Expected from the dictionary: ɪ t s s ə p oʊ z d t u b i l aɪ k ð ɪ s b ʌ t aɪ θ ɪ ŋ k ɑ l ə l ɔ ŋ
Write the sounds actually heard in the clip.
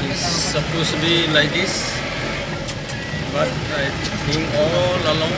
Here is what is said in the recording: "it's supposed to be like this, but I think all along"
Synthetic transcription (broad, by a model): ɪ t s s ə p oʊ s t u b i l aɪ k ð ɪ s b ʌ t aɪ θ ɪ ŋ ɑ l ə l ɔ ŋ